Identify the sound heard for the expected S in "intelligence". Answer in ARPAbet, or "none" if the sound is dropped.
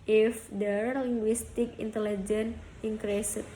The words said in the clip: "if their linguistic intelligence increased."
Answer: none